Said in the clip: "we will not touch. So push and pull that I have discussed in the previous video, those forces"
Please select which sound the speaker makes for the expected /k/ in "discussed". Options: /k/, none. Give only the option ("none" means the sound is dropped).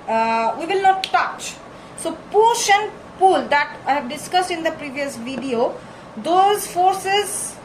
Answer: /k/